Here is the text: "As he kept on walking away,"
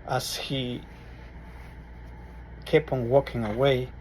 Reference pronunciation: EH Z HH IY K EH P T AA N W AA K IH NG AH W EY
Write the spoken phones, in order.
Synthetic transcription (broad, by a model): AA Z HH IY K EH P AA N W AA K IH NG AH W EY